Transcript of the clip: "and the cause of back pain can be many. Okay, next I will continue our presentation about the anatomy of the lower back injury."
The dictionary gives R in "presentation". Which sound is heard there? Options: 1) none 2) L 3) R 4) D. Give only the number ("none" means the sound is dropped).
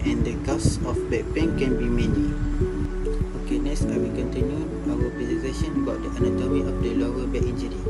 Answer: 1